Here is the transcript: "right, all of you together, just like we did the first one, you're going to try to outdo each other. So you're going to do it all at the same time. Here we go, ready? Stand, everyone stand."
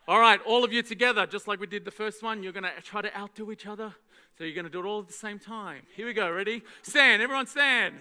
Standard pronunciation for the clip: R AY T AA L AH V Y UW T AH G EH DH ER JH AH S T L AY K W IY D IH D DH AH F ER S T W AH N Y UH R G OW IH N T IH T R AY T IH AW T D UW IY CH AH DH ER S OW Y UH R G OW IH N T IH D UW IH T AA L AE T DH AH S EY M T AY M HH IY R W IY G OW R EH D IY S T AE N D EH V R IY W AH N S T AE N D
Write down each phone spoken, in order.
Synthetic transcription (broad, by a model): R AY T AA L AH V Y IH T AH G EH DH ER JH AH S T L AY K W IY D IH D DH AH F ER S T W AH N Y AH R G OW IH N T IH T R AY T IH AW T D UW IY CH AH DH ER S OW Y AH R G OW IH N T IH D UW IH T AA L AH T DH AH S EY M T AY M HH IY R W IY G OW R EH D IY S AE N EH V R IY W AH N S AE N